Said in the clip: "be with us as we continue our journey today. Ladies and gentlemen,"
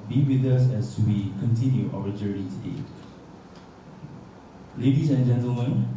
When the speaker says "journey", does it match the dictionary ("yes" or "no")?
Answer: no